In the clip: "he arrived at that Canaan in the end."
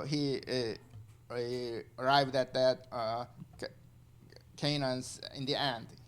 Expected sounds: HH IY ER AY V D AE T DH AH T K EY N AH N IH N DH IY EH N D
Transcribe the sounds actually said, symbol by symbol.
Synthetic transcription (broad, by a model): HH IY ER AY V D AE T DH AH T K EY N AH N IH N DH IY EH N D